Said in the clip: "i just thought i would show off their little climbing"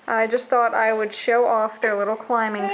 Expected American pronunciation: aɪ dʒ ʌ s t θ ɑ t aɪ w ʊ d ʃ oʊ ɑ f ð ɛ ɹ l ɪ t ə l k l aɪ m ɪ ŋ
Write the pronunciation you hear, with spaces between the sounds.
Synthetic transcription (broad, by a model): aɪ dʒ ʌ s t θ ɑ t aɪ w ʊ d ʃ oʊ ɑ f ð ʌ ɹ l ɪ t l k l aɪ m ɪ ŋ